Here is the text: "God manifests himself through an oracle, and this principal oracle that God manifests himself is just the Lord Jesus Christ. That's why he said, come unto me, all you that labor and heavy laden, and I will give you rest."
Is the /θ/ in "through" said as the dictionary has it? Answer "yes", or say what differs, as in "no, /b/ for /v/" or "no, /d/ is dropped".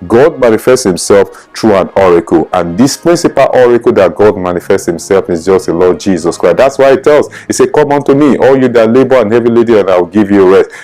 no, /t/ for /θ/